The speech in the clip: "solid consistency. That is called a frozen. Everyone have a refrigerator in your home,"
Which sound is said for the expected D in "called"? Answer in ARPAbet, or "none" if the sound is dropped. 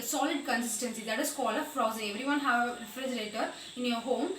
none